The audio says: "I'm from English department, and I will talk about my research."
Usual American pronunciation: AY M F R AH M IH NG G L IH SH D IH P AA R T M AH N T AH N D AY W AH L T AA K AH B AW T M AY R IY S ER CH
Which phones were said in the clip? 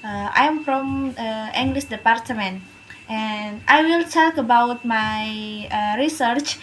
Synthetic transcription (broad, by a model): AY M F R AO M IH NG G L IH S D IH P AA R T M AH N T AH N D AY W AH L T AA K AH B AW T M AY R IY S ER CH